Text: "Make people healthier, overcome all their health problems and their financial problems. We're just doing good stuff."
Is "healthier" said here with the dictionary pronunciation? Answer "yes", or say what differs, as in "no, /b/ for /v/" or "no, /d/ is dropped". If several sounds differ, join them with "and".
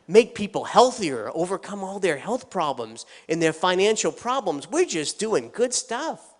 yes